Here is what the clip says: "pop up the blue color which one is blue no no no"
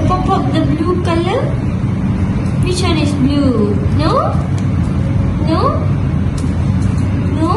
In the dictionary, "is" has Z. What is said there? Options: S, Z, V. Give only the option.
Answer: S